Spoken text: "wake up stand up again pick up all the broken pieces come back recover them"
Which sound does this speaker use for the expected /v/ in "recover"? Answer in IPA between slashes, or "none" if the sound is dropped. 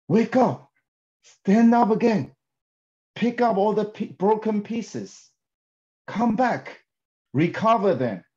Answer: /v/